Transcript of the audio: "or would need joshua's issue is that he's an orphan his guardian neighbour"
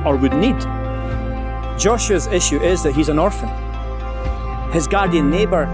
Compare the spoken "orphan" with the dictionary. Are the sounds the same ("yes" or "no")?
yes